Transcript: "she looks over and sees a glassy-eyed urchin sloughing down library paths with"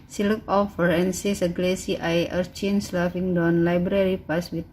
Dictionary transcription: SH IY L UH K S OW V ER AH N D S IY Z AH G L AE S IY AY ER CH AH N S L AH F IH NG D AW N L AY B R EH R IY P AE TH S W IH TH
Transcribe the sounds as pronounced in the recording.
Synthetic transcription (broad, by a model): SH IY L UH K OW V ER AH N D S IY S AH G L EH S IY AY ER CH AH N S L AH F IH NG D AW N L AY B R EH R IY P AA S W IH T